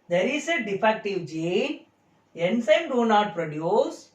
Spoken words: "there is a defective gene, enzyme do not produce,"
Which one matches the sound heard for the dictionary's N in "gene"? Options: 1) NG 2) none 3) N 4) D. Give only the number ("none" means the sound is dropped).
2